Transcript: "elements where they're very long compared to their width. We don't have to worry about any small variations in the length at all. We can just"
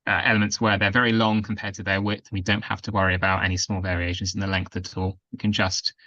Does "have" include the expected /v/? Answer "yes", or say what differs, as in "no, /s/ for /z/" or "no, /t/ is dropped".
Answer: no, /f/ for /v/